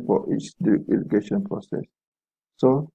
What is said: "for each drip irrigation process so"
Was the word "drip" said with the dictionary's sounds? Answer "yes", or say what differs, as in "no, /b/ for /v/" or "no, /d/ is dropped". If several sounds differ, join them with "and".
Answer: no, /ɹ/ is dropped